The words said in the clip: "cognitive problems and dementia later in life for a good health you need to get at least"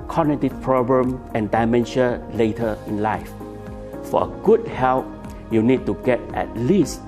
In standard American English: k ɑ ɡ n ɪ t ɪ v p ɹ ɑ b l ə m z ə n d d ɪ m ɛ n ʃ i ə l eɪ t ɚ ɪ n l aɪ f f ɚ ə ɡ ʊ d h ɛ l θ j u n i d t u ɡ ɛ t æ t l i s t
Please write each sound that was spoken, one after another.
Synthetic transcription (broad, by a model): k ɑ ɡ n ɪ t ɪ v p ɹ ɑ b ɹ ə m ə n d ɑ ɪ m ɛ n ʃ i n l eɪ t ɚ ɪ n l aɪ f f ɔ ə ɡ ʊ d h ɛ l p j u n i d t u ɡ ɛ t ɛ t l i s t